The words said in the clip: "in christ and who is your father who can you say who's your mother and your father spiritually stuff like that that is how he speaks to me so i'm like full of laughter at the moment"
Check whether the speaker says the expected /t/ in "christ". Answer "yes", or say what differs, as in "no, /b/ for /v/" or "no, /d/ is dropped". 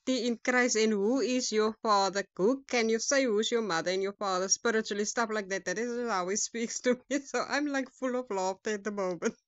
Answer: no, /t/ is dropped